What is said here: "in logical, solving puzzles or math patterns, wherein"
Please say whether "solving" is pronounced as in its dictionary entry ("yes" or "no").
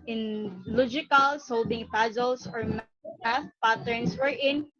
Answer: no